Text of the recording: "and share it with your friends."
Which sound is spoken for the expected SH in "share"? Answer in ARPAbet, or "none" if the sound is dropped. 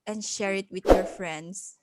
SH